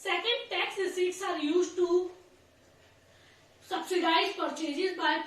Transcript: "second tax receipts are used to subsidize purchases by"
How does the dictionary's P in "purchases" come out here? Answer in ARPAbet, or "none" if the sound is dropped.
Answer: F